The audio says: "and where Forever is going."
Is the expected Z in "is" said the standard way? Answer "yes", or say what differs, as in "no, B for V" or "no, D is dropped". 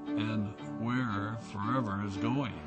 yes